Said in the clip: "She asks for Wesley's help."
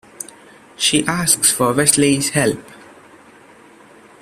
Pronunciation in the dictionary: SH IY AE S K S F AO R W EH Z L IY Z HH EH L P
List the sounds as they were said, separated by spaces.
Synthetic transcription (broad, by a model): SH IY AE S K S F AO R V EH S L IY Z HH EH L P